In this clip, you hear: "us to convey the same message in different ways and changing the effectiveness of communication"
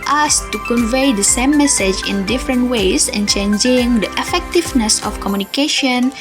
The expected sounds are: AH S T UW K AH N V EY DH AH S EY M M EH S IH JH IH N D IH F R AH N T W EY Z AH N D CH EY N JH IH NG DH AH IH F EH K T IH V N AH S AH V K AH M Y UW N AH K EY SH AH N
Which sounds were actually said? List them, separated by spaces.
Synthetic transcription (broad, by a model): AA S T UW K AH N V EY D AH S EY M M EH S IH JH IH N D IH F R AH N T W EY S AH N CH EY N JH IH NG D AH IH F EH K T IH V N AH S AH F K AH M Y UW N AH K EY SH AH N